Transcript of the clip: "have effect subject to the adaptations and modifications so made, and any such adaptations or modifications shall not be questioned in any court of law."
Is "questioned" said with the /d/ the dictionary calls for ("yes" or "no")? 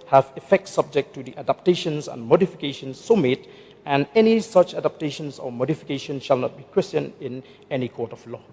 no